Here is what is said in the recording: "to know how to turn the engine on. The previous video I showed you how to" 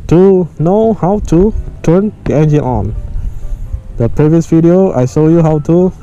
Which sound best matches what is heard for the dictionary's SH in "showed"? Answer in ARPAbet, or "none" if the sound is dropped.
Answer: S